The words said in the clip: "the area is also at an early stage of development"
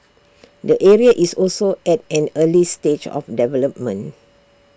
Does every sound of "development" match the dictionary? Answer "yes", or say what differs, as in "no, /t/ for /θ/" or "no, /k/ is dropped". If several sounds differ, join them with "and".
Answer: no, /t/ is dropped